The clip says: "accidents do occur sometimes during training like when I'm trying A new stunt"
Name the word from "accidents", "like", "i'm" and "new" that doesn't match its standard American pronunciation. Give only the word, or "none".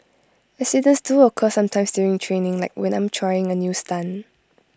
accidents